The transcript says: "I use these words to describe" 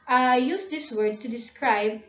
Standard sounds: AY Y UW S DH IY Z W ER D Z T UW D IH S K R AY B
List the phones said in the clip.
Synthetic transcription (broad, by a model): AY Y UW S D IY S W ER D T UW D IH S K R AY B